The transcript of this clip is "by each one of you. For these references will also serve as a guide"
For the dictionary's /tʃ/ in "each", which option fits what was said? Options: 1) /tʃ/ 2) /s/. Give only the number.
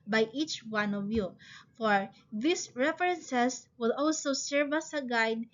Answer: 1